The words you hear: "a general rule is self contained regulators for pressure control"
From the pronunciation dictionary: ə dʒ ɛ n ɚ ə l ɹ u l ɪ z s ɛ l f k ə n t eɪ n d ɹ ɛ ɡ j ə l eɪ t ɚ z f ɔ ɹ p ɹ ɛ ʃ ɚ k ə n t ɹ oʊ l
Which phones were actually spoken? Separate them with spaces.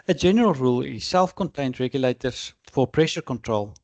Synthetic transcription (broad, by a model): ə dʒ ɛ n ɚ ə l ɹ u l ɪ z s ɛ l f k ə n t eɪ n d ɹ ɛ ɡ j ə l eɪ t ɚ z f ɔ ɹ p ɹ ɛ ʃ ɚ k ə n t ɹ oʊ l